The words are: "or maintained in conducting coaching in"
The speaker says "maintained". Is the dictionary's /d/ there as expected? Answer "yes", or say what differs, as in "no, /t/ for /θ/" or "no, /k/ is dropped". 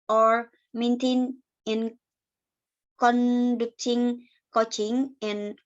no, /d/ is dropped